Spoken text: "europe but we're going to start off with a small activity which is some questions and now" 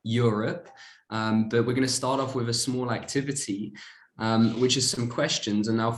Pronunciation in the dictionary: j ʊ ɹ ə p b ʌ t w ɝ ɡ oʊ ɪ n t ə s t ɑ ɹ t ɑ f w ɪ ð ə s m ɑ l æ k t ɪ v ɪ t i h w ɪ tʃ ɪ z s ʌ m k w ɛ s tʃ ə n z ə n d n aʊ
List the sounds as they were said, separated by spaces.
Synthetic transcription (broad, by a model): j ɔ ɹ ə p b ʌ t w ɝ ɡ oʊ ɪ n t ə s t ɑ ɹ t ɑ f w ɪ ð ə s m ɑ l æ k t ɪ v ɪ t i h w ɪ tʃ ɪ z s ʌ m k w ɛ s tʃ ə n z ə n n aʊ